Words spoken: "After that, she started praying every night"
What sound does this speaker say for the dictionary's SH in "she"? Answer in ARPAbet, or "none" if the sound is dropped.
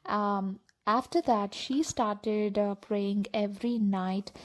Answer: SH